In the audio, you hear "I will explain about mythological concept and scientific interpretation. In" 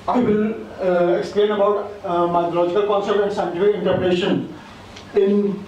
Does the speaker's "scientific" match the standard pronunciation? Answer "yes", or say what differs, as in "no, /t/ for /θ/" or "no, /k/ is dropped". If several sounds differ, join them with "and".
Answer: no, /k/ is dropped